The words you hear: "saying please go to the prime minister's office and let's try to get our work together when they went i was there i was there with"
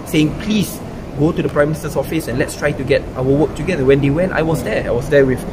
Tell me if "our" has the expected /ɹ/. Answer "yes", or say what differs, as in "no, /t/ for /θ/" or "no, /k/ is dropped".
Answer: no, /l/ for /ɹ/